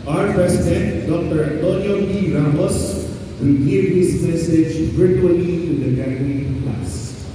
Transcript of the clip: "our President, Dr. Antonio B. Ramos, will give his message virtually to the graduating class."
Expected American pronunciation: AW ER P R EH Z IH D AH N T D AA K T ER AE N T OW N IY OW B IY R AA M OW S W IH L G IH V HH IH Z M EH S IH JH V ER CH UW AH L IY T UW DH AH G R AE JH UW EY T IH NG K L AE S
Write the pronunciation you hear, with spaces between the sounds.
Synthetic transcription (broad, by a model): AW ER P R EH S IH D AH N T D AA K T ER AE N T OW N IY OW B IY R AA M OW S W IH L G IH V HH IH S M EH S IH JH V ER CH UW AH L IY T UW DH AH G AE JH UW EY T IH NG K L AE S